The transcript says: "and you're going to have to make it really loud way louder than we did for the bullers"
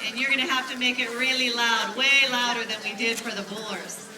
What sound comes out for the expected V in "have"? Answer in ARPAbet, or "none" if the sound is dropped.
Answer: F